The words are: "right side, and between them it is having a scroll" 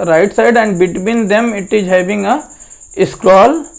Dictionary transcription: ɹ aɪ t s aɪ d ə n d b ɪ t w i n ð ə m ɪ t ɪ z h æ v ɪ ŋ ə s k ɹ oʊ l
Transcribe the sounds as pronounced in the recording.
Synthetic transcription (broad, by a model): ɹ aɪ t s aɪ d ə n d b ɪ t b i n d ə m ɪ t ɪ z h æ b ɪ ŋ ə s k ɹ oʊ l